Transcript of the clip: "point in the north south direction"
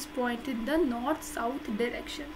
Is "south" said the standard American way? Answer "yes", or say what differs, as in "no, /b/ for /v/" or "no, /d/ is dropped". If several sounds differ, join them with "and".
no, /t/ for /θ/